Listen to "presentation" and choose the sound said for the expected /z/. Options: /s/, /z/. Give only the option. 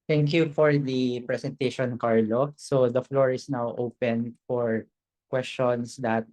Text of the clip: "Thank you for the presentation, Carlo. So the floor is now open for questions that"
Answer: /s/